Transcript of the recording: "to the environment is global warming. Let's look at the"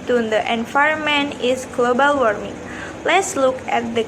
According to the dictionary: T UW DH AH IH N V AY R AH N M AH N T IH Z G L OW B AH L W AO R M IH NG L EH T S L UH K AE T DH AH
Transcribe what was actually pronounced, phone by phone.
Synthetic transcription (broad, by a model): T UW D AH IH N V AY AH M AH N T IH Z G L OW B AH L W AO R M IH NG L EH T S L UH K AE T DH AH